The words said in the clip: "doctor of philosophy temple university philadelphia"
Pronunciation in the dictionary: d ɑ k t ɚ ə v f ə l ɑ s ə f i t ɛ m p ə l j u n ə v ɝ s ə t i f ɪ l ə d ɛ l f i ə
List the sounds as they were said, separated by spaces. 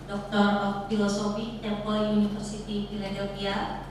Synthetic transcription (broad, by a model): d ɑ k t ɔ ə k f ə l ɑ s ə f i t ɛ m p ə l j u n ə f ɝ s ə t i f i l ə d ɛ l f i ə